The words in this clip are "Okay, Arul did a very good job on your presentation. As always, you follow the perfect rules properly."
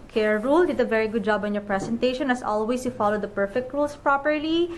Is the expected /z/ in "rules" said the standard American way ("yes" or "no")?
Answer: no